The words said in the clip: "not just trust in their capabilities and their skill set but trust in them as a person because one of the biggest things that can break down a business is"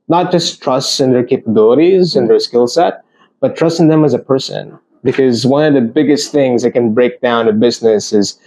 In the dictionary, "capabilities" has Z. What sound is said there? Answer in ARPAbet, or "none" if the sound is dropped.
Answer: Z